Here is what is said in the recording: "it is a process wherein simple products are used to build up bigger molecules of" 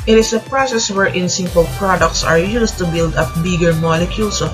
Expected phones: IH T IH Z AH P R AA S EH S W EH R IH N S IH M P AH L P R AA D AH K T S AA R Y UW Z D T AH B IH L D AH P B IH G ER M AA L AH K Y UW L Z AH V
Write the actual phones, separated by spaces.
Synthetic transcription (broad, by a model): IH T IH S AH P R AA S EH S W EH R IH N S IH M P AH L P R AA D AH K T S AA R Y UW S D T AH B IH L D AH P B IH G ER M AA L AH K Y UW L S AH